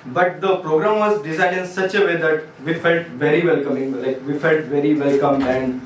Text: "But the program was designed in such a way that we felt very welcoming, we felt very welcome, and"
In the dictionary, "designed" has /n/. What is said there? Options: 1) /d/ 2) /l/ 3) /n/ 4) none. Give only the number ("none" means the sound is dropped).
4